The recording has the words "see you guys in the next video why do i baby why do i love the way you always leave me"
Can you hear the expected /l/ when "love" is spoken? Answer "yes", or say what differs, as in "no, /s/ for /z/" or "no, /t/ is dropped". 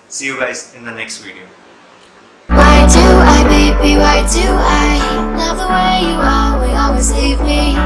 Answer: no, /n/ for /l/